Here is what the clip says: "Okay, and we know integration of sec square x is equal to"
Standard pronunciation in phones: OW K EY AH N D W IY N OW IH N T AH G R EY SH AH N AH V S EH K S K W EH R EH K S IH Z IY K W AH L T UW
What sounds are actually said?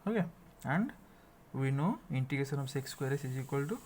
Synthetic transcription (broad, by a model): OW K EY AH N D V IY N OW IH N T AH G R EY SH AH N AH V S EH K S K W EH R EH S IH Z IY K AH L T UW